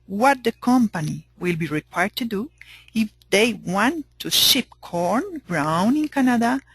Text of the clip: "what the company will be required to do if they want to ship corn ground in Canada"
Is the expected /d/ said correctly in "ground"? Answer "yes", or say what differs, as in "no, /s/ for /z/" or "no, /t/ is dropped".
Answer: no, /d/ is dropped